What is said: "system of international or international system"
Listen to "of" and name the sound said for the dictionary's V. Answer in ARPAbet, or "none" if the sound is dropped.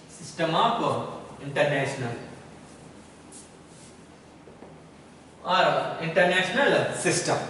P